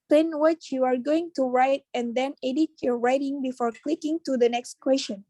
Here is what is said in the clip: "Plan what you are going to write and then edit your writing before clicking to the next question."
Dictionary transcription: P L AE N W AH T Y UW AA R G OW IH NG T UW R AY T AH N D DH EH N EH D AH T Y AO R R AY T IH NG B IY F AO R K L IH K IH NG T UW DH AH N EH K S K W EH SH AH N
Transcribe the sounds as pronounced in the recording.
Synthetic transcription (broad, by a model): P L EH N W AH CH Y UW AA R G OW IH NG T UW R AY T AH N D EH N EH D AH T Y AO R R AY T IH NG B IY F AO R K L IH K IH NG T UW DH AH N EH K S K W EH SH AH N